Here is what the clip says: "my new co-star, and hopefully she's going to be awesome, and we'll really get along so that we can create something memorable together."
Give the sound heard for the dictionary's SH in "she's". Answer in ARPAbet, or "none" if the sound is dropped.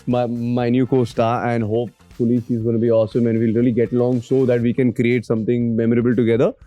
S